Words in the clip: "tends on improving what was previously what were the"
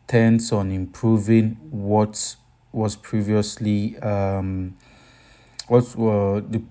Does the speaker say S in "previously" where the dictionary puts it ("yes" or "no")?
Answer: yes